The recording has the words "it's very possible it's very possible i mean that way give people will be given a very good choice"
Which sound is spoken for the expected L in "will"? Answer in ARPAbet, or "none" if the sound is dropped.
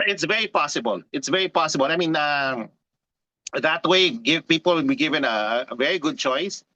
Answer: N